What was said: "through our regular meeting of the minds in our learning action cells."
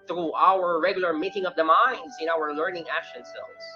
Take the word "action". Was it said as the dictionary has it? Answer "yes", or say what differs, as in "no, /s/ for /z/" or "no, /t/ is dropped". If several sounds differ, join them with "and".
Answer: yes